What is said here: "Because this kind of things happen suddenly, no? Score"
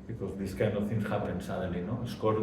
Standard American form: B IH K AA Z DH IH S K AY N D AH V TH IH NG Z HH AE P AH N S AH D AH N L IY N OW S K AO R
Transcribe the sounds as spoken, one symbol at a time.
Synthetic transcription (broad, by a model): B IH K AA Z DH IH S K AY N AH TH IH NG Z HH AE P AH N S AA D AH L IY N OW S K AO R